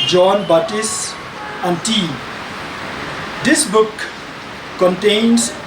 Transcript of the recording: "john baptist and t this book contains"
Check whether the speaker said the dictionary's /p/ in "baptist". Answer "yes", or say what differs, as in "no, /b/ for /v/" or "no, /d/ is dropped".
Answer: no, /p/ is dropped